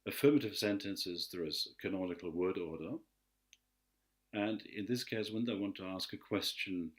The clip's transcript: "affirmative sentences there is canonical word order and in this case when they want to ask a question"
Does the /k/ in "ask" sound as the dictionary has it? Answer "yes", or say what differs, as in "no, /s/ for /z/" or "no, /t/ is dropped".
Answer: yes